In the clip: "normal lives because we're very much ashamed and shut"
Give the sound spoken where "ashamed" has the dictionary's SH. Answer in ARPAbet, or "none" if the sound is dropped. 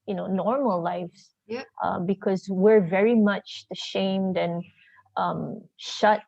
SH